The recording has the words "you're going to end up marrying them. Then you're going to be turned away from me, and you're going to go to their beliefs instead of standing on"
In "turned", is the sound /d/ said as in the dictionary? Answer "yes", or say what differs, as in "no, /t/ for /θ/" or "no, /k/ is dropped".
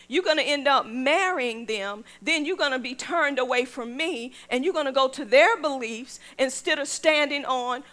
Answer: yes